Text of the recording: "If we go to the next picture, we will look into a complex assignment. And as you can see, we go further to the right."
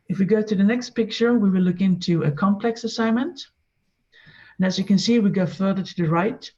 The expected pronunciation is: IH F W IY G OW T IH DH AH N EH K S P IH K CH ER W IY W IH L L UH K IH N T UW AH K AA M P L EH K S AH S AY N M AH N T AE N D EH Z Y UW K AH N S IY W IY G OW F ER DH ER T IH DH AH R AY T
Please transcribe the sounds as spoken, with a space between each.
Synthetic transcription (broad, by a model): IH F W IY G OW T IH DH AH N EH K S P IH K CH ER W IY W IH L L UH K IH N T UW AH K AA M P L EH K S AH S AY N M AH N T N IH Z Y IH K AH N S IY W IY G OW F ER DH ER T IH DH AH R AY T